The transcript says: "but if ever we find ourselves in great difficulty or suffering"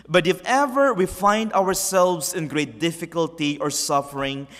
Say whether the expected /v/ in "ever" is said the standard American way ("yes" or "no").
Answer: yes